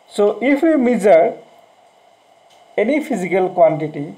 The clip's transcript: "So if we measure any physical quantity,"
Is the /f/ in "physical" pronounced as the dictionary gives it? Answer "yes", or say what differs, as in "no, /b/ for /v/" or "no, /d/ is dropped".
no, /p/ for /f/